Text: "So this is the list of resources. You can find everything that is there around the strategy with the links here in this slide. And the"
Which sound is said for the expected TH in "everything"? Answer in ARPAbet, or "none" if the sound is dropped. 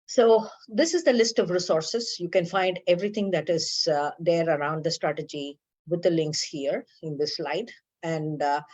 T